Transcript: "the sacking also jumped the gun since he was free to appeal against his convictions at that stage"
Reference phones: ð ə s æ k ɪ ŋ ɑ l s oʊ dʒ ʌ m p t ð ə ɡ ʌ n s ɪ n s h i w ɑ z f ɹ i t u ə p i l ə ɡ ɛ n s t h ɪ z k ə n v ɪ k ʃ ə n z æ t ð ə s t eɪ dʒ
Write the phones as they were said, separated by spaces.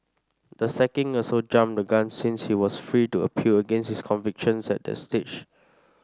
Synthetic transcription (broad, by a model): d ə s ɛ k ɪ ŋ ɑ s oʊ dʒ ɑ m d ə ɡ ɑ n s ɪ n s h i w ɑ s f ɹ i t u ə p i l ə ɡ ɛ n s t h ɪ s k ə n v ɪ k ʃ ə n s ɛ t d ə s t eɪ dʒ